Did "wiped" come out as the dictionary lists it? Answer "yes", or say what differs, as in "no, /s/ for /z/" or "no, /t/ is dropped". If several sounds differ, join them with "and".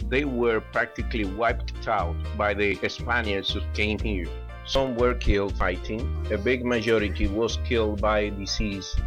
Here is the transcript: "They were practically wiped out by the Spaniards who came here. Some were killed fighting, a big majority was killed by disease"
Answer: yes